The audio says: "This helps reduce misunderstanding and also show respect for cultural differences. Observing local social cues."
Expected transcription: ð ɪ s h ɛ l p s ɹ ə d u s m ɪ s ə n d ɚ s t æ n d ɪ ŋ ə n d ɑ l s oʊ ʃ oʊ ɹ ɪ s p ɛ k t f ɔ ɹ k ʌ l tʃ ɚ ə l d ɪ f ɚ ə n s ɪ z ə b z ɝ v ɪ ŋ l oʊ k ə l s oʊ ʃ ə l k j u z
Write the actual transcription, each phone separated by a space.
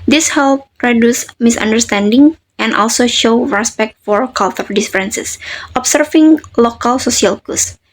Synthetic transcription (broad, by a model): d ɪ s h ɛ l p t ɹ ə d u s m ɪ s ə n d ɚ s t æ n d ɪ ŋ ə n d ɑ l s oʊ ʃ oʊ ɹ ɪ s p ɛ k t f ɔ ɹ k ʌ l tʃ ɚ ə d d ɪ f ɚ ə n s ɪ s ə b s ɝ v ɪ ŋ l oʊ k ə l s oʊ s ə l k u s